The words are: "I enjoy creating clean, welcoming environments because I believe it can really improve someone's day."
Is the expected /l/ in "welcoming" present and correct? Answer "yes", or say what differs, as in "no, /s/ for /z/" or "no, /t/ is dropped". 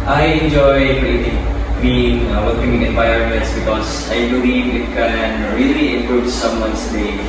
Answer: no, /l/ is dropped